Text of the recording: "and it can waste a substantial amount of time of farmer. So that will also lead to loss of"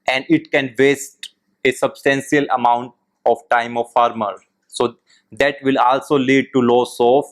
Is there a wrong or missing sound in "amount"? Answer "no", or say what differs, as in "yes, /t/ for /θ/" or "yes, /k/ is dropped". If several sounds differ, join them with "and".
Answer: no